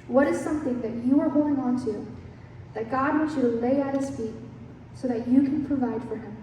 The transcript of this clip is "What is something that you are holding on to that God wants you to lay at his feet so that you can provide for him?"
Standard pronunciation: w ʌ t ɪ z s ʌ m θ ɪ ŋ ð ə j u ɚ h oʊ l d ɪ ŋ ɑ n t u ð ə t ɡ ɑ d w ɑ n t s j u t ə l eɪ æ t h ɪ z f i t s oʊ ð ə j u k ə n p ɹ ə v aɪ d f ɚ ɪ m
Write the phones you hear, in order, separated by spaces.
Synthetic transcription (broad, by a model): w ʌ t ɪ z s ʌ m θ ɪ ŋ ð ə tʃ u ɚ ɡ oʊ ɪ ŋ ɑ n t u ð ə t ɡ ɑ d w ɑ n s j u t ə l eɪ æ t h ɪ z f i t s oʊ ð ə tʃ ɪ k ə n p ɹ ə v aɪ d f ɚ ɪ m